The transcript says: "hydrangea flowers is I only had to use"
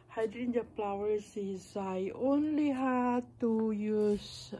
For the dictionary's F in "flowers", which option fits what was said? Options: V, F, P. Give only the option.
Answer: P